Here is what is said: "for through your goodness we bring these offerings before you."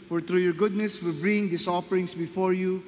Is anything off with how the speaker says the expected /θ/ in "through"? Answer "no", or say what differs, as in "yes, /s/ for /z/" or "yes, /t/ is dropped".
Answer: yes, /t/ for /θ/